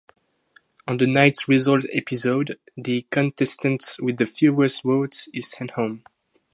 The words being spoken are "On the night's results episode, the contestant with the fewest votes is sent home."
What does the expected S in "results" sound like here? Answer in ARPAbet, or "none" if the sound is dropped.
none